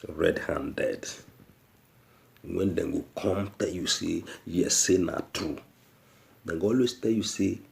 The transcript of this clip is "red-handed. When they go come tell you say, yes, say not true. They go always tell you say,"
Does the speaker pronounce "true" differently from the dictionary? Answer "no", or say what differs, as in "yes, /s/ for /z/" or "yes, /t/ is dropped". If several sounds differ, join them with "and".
yes, /ɹ/ is dropped